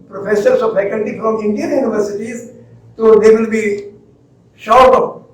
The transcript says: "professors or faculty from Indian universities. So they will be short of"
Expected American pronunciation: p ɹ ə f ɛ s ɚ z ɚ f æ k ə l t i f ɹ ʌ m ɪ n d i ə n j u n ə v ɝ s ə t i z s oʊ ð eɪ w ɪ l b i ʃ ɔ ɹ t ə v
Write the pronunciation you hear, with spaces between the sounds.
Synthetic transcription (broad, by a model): p ɹ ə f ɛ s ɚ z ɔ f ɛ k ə n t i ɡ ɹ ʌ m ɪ n d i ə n j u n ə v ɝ s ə t i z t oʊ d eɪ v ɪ l b i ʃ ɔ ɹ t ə